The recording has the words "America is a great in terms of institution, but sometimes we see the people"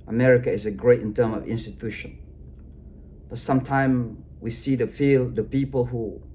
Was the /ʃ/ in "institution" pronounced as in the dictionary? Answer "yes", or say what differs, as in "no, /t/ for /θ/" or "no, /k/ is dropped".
yes